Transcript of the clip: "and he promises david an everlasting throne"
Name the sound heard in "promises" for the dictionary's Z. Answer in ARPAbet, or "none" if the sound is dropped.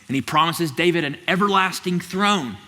Z